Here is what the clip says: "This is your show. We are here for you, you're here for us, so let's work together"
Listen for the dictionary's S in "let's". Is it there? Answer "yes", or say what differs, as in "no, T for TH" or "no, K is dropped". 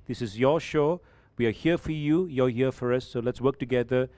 yes